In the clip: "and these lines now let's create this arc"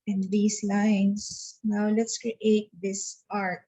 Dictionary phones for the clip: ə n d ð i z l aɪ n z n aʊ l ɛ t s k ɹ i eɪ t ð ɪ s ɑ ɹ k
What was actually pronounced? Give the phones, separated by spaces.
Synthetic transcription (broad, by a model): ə n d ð i s l aɪ n s n aʊ l ɛ t s k ɹ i eɪ t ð ɪ s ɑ ɹ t